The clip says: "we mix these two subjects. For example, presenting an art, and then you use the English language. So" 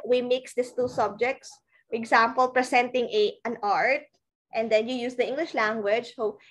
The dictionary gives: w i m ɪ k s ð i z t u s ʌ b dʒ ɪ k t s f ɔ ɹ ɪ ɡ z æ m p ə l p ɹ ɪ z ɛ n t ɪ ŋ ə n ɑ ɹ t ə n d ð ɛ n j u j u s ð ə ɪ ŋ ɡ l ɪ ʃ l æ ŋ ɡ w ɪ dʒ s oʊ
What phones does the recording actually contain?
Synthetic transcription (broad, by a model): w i m ɪ k s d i s t u s ʌ b dʒ ɪ k t s f ɔ ɹ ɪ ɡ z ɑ m p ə l p ɹ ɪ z ɛ n t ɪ ŋ ə n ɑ ɹ t ə n d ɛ n j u j u s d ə ɪ ŋ ɡ l ɪ ʃ l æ ŋ ɡ w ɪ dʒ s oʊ